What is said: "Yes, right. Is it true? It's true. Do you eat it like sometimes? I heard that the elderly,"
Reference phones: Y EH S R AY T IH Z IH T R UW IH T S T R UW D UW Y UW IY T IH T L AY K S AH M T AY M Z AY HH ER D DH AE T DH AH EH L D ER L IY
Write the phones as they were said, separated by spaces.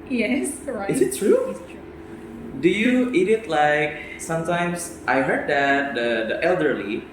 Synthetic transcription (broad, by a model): Y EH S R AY IH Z IH T R UW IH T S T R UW D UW Y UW IY T IH T L AY K S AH M T AY M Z AY HH ER D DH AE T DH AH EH L D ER L IY